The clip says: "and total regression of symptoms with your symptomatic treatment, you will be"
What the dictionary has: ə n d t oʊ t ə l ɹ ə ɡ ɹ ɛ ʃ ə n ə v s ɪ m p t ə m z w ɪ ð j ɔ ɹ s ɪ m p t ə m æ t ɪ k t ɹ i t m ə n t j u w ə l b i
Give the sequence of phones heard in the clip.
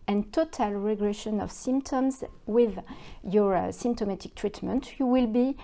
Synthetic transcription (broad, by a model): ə n t oʊ t ə l ɹ ə ɡ ɹ ɛ ʃ ə n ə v s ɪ m p t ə m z w ɪ ð j ɔ ɹ s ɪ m p t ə m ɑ t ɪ k t ɹ i t m ə n t j u w ə l b i